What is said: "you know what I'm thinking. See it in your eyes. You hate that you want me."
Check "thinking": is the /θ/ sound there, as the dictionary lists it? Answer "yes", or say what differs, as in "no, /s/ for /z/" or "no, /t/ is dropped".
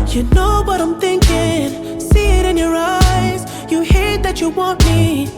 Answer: yes